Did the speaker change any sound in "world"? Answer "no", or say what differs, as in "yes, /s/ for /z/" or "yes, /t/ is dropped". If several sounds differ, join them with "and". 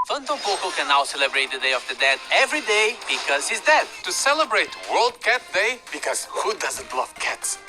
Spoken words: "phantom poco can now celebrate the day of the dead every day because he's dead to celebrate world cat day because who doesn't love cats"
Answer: no